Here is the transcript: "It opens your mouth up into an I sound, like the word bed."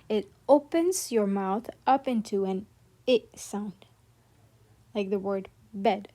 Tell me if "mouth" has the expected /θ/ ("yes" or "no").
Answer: yes